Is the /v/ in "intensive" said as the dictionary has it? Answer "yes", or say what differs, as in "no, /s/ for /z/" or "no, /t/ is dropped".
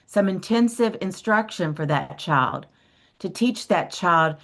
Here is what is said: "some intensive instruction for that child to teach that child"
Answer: yes